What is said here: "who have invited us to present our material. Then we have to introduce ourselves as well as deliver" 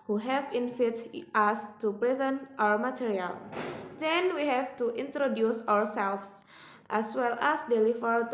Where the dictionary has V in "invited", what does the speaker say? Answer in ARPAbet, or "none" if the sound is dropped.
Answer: F